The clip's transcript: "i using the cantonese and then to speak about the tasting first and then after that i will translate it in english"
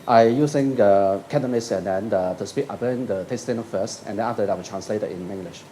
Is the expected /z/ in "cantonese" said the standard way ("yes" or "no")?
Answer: no